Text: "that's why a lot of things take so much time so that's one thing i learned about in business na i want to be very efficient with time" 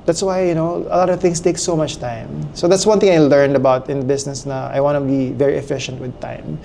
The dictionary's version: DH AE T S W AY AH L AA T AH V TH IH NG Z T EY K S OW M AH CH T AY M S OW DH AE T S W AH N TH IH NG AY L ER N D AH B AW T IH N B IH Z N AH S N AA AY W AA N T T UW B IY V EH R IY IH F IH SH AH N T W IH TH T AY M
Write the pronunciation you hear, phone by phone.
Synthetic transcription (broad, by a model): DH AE T S W AY AH L AA T AH V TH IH NG S T EY K S OW M AH CH T AY M S OW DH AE T S W AH N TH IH NG AY L ER N D AH B AW T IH N B IH S N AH S N AA AY W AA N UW B IY V EH R IY IH F IH SH AH N T W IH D T AY M